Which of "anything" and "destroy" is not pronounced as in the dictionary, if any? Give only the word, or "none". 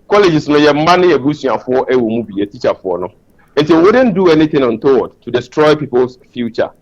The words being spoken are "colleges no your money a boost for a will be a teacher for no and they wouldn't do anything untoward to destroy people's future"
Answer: anything